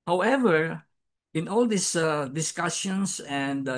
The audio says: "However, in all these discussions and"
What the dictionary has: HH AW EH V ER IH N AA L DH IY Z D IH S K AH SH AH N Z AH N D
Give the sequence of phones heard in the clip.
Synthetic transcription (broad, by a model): HH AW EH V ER IH N AA L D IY S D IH S K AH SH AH N S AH N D